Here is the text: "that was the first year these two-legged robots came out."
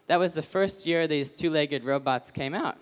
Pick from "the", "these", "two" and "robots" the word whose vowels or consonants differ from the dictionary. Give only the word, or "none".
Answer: none